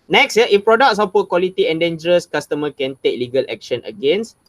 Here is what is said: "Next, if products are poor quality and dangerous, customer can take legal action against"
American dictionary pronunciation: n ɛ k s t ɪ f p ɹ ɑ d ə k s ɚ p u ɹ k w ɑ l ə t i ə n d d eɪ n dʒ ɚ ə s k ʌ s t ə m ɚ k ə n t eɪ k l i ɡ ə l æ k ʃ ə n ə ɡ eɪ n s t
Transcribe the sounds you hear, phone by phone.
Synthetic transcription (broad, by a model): n ɛ k s t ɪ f p ɹ ɑ d ə k s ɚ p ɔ k w ɑ l ə t i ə n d d eɪ n dʒ ɚ ə s k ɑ s t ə m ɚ k ə n t eɪ k l i ɡ ə l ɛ k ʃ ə n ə ɡ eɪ n s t